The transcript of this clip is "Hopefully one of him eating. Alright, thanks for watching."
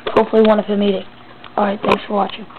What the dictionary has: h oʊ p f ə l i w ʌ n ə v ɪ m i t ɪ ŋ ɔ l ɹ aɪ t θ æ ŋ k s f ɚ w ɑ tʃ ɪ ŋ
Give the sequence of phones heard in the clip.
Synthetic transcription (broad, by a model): h oʊ p f l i w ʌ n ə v ɪ m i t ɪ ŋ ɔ ɹ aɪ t θ æ ŋ k s f ɚ w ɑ tʃ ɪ